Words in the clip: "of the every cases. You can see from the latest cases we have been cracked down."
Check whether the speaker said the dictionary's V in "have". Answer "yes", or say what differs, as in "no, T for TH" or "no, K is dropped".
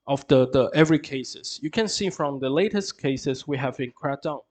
yes